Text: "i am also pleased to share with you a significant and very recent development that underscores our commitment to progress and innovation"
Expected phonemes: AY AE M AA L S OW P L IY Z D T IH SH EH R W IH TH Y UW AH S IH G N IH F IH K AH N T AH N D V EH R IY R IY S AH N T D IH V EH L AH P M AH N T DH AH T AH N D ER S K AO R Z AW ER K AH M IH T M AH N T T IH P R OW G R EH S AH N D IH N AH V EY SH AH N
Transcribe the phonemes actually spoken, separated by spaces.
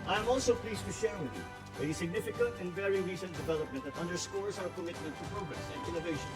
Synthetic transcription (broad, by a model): AY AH M AA L S OW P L IY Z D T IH S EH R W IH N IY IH AH S IH G N IH F IH K AH N T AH N V EH R IY R IY S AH N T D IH V EH L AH P M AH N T DH AH T AH N D ER S K AO R Z AW ER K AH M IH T AH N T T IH P R OW G R EH S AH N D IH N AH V EY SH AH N